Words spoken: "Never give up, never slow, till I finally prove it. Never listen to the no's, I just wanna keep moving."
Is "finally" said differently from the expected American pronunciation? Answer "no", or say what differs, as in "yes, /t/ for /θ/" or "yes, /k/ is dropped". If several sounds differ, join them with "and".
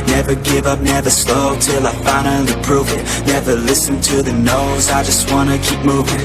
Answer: yes, /n/ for /l/